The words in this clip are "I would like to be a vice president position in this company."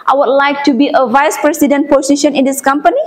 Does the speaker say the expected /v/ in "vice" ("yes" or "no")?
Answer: yes